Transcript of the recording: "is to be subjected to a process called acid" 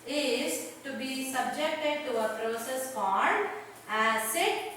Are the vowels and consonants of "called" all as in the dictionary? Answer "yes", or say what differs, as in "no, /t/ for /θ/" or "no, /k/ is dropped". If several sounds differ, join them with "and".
no, /n/ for /l/